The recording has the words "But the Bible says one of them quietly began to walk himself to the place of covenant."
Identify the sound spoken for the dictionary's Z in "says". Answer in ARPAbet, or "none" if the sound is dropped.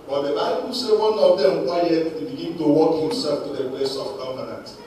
none